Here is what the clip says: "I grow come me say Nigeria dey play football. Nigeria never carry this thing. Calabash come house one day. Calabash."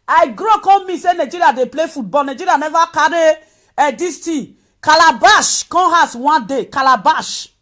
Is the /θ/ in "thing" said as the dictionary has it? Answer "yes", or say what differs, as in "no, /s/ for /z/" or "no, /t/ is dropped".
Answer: no, /t/ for /θ/